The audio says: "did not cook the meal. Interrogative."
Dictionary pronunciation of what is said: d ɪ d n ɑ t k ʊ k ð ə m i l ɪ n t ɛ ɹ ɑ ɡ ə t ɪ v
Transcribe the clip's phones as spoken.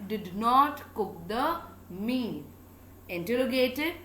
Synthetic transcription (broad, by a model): d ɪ d n ɑ t k ʊ k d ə m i n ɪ n t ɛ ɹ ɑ ɡ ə t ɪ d